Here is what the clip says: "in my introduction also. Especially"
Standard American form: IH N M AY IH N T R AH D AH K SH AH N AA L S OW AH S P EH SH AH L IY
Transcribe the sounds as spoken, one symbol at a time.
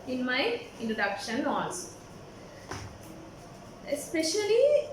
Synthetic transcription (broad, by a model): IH N M AY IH N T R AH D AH K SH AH N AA N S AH S P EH SH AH L IY